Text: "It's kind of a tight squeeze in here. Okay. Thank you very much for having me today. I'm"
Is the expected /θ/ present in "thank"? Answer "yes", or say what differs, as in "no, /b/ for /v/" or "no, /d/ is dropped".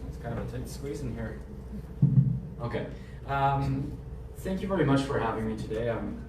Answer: yes